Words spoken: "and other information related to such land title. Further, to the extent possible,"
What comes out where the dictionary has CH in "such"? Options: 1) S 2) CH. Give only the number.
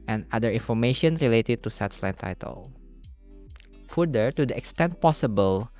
1